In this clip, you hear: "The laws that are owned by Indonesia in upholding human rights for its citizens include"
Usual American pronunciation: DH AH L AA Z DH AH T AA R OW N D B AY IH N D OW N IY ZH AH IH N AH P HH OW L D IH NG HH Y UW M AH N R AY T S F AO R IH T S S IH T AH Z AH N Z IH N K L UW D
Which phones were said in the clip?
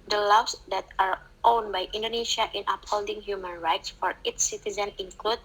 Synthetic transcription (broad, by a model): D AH L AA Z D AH T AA R OW N B AY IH N D OW N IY SH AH IH N AH P HH OW L D IH NG HH Y UW M AH N R AY T S F AO R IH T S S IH T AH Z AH N IH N K L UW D